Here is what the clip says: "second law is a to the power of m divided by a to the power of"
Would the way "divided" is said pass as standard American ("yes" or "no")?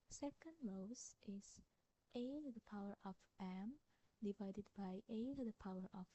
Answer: yes